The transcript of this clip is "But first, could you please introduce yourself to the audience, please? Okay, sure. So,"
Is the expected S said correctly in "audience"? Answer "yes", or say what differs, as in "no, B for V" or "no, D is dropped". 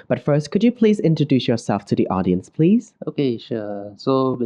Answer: yes